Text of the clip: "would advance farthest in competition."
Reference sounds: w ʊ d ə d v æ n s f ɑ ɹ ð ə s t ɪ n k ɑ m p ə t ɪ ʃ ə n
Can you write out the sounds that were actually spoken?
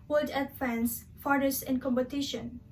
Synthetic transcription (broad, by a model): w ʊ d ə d f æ n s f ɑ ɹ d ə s ɪ n k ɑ m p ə t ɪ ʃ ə n